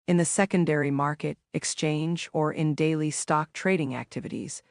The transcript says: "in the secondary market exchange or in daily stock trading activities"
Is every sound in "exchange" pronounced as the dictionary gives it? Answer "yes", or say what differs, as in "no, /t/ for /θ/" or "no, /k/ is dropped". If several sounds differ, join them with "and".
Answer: yes